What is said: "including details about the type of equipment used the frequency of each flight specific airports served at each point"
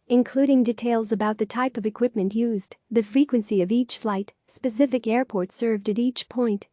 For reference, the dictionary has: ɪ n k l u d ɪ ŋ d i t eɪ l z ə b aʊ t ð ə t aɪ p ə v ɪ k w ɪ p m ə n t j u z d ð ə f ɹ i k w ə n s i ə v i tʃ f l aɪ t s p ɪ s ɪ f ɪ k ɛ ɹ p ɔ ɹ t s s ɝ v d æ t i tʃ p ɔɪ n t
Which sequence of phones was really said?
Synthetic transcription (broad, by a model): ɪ n k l u d ɪ ŋ d i t eɪ l z ə b aʊ t ð ə t aɪ p ə v ɪ k w ɪ p m ə n t j u z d ð ə f ɹ i k w ə n s i ə v i tʃ f l aɪ t s p ɪ s ɪ f ɪ k ɛ ɹ p ɔ ɹ t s s ɝ v d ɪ t i tʃ p ɔɪ n t